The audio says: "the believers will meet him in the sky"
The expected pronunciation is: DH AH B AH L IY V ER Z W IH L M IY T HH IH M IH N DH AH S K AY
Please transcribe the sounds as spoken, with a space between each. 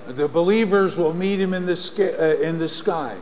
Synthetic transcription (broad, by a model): DH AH B AH L IY V ER Z W IH L M IY T HH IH M IH N DH AH S K AY